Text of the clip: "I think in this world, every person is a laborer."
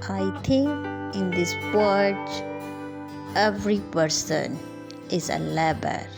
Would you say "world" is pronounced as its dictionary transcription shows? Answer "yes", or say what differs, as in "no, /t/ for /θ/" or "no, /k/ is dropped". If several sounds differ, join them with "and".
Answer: no, /l/ is dropped